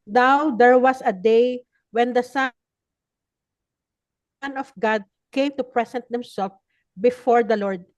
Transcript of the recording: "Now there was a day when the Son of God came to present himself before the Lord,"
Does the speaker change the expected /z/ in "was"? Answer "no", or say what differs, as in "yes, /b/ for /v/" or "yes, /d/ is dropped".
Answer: yes, /s/ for /z/